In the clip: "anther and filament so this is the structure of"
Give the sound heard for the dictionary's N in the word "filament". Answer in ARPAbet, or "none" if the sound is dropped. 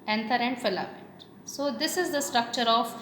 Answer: none